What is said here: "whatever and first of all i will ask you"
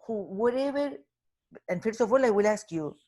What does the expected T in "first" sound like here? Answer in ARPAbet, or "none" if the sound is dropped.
none